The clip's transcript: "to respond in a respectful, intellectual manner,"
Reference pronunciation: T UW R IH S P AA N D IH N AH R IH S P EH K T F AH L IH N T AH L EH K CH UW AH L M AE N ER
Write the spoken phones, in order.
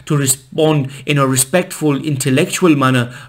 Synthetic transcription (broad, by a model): T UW R IH S P AA N D IH N AH R IH S P EH K T F AH L IH N T AH L EH K CH UW AH L M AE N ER